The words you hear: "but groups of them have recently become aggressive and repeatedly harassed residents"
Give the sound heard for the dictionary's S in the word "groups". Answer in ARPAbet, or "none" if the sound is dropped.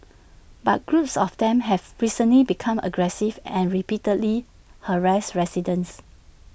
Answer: S